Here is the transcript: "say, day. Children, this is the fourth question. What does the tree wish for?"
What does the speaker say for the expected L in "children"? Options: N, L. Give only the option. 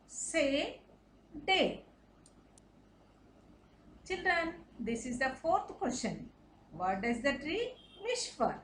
L